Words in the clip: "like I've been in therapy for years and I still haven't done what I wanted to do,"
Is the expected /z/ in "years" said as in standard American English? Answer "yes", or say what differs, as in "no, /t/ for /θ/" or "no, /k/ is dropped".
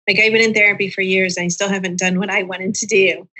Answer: yes